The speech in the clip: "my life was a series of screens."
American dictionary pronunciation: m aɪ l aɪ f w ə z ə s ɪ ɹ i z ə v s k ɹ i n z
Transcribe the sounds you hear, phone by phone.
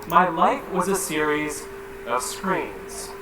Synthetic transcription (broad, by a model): m aɪ l aɪ f w ə z ə s ɪ ɹ i z ə v s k ɹ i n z